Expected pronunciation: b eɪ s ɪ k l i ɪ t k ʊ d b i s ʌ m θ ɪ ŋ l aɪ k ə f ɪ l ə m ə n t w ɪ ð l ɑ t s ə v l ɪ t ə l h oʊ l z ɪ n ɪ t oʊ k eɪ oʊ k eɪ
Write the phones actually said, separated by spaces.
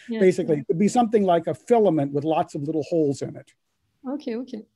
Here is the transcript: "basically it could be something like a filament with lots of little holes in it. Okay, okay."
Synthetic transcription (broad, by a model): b eɪ s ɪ k l i ɪ t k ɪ d b i s ʌ m θ ɪ ŋ l aɪ k ə f ɪ l ə m ə n t w ɪ ð l ɑ t s ə v l ɪ t l h oʊ l z ɪ n ɪ t oʊ k eɪ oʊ k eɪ